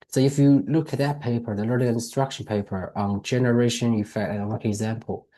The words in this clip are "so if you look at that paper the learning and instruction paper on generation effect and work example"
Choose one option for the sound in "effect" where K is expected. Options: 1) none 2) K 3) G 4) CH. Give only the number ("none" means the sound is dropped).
1